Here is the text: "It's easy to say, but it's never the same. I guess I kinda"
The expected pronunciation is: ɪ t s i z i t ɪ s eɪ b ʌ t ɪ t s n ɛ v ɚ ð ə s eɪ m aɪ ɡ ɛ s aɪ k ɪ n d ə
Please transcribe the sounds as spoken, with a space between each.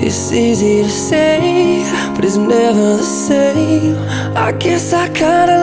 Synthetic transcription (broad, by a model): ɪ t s i z i t ɪ s eɪ b ʌ t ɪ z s n ɛ v ɚ s eɪ aɪ ɡ ɛ s aɪ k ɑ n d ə